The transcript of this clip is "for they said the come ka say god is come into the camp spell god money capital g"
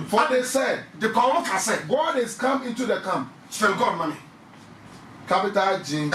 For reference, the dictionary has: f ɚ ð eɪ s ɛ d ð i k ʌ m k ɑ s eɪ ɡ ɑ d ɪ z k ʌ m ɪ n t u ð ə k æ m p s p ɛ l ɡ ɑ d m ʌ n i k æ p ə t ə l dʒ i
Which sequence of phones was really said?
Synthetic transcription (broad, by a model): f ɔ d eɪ s ɛ d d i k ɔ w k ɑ s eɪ ɡ ɑ d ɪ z k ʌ m ɪ n t u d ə k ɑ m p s f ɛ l ɡ ɑ d m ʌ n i k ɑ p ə t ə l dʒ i